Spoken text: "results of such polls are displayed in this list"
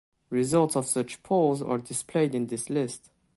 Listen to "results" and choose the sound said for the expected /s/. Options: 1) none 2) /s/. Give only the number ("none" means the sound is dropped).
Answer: 2